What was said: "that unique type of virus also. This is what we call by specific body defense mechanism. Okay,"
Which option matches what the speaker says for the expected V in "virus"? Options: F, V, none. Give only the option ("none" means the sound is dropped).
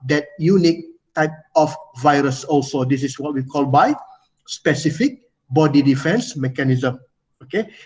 V